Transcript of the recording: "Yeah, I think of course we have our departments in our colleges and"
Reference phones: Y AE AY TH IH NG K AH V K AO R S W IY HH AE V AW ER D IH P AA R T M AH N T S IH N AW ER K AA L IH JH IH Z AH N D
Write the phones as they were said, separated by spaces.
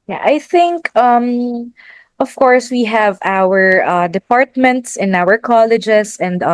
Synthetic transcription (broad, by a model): Y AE AY TH IH NG K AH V K AO R S W IY HH AE V AW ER D IH P AA R T M AH N T S IH N AW ER K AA L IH JH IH S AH N D